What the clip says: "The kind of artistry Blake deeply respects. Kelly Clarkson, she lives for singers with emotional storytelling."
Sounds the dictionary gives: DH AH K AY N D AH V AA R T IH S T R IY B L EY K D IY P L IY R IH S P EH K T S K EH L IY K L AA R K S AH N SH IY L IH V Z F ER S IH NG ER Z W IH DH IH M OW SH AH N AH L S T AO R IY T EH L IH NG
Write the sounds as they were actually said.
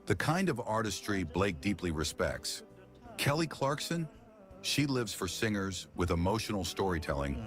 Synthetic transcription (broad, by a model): DH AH K AY N D AH V AA R T IH S T R IY B L EY K D IY P L IY R IH S P EH K T S K EH L IY K L AA R K S AH N SH IY L IH V Z F ER S IH NG ER Z W IH DH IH M OW SH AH N L S T AO R IY T EH L IH NG